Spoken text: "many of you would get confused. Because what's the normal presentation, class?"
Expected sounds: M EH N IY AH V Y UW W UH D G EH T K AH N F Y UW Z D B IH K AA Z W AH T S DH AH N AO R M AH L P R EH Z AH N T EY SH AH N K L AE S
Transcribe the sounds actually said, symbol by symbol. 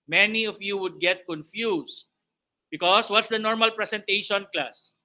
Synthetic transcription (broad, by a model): M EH N IY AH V Y UW W UH D G EH T K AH N F Y UW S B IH K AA S W AH T S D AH N AO R M AH L P R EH S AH N T EY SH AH N K L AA S